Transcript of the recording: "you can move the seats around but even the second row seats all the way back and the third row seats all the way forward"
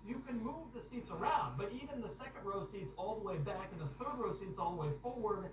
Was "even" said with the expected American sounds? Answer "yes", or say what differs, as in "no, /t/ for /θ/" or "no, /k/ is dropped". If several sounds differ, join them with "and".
yes